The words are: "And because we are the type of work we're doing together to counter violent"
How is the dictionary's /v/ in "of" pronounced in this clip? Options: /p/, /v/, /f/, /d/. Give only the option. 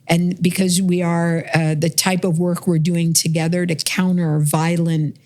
/v/